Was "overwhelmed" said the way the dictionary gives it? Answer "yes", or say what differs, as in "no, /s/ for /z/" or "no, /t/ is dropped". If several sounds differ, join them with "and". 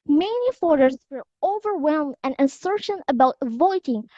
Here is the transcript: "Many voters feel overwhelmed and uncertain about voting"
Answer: yes